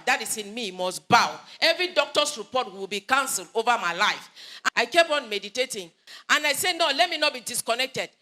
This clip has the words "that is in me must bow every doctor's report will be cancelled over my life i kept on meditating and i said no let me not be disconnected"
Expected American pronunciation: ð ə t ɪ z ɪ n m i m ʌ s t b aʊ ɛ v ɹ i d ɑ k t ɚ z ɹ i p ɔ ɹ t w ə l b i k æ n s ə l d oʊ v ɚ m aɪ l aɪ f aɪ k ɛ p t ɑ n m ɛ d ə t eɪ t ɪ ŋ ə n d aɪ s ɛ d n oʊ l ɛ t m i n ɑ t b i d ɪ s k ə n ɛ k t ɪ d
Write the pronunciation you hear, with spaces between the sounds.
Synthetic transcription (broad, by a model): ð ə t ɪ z ɪ n m i m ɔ s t b aʊ ɛ v ɹ i d ɑ k t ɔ s ɹ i p ɔ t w w ə l b i k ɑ n s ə l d oʊ v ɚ m aɪ l aɪ f aɪ k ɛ p ɑ n m ɛ d ə t eɪ t ɪ ŋ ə n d aɪ s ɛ n oʊ l ɛ t m i n ɑ t b i d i s k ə n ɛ k t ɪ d